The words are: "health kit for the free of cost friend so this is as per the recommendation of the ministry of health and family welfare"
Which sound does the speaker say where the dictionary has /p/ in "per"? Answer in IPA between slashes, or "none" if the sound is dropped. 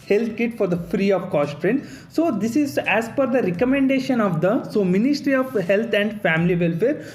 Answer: /f/